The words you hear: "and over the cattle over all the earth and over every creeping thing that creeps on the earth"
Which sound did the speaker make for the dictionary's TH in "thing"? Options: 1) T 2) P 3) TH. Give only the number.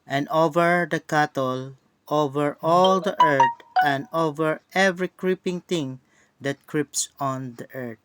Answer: 1